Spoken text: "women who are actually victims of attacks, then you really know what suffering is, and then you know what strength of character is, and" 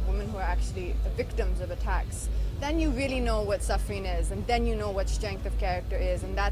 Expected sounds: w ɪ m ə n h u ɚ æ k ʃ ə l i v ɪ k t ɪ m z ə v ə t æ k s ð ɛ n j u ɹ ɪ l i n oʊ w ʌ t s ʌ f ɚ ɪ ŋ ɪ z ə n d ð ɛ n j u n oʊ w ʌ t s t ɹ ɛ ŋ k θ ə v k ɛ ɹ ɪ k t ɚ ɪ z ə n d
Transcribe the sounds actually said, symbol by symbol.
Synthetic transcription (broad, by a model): w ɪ m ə n h u ɚ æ k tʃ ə l i v ɪ k t ɪ m z ə v ə t æ k s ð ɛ n j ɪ ɹ ɪ l i n oʊ w ʌ t s ʌ f ɚ ɪ ŋ ɪ z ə n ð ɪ n j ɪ n oʊ w ʌ t s t ɹ ɛ ŋ k θ ə v k ɛ ɹ ɪ k t ɚ ɪ z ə n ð